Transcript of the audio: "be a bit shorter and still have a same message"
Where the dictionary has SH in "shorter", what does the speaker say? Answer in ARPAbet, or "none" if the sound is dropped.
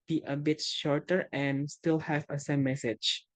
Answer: SH